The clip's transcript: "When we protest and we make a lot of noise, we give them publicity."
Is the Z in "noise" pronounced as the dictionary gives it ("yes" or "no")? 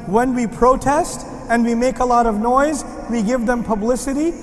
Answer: yes